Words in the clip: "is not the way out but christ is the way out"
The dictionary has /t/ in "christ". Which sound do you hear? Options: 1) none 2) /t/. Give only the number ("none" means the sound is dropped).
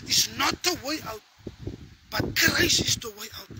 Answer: 1